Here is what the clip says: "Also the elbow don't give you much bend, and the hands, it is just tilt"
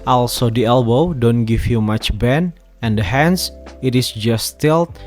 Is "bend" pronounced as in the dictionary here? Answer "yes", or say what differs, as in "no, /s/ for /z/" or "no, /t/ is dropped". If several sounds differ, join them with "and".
no, /d/ is dropped